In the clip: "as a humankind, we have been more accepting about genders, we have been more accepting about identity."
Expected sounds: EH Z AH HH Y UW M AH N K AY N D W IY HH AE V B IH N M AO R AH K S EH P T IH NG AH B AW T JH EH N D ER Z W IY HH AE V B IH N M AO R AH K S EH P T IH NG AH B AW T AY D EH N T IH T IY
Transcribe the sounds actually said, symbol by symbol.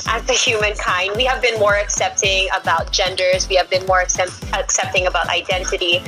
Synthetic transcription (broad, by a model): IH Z AH HH Y UW M AH N K AY N D W IY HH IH V B IH N M AO R AH K S EH P T IH NG AH B AW T JH EH N D ER Z W IY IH V B IH N M AO R AH K S EH P T IH NG AH B AW T AY D EH N T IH T IY